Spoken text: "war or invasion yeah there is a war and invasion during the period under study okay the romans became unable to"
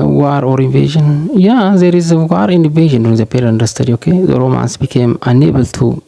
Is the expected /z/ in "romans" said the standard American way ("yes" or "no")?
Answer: no